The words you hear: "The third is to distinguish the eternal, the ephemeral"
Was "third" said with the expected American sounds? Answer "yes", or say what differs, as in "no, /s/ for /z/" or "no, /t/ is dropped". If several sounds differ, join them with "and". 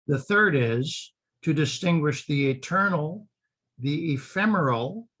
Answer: yes